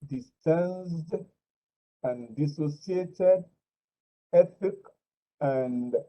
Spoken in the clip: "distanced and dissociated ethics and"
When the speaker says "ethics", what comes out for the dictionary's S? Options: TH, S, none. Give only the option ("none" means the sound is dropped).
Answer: none